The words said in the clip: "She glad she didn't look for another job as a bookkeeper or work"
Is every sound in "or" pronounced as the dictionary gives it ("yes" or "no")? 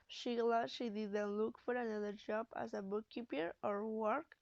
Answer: yes